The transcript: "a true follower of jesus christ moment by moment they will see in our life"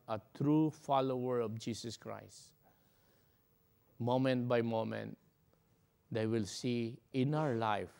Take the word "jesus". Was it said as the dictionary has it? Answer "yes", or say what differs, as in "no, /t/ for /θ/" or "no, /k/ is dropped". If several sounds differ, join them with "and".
no, /s/ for /z/